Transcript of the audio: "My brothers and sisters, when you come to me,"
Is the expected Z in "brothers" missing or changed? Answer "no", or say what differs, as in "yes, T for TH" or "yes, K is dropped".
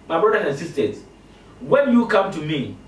yes, Z is dropped